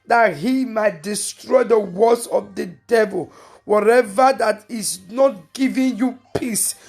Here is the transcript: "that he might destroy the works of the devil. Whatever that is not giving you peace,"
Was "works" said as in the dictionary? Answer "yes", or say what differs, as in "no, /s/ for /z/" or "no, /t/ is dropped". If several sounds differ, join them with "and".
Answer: no, /k/ is dropped